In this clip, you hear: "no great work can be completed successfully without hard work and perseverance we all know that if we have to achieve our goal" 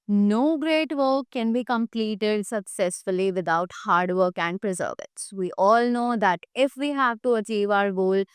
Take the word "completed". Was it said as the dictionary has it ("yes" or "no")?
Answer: yes